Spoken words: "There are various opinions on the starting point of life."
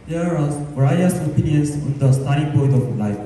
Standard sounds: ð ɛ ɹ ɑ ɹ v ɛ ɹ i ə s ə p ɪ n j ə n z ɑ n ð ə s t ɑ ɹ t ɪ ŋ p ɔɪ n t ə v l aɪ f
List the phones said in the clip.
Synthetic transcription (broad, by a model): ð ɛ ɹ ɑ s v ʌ ɹ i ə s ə p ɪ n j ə n s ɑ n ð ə s t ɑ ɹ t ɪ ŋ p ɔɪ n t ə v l aɪ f